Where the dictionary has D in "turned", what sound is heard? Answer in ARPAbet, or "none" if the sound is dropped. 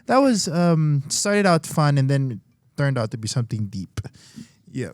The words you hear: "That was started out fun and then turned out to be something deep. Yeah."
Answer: D